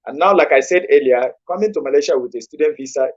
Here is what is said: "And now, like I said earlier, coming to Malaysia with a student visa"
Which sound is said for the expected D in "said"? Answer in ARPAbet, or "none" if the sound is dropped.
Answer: D